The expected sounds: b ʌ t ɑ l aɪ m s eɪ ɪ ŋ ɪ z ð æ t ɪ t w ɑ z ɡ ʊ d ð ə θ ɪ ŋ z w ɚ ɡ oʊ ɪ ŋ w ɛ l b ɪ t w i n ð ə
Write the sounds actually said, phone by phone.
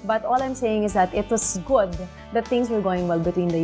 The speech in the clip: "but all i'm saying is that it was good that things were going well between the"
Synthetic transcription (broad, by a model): b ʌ t ɑ l aɪ m s eɪ ɪ ŋ ɪ z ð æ t ɪ t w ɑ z ɡ ʊ d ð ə t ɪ ŋ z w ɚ ɡ oʊ ɪ ŋ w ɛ l b ɪ t w i n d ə